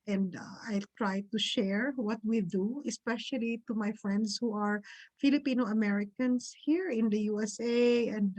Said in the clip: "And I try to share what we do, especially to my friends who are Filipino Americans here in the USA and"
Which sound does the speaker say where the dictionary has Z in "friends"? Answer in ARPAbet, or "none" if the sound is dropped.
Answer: S